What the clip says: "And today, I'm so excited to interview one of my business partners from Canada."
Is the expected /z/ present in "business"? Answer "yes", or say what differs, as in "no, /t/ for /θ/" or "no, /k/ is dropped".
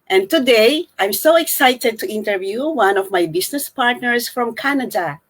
no, /s/ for /z/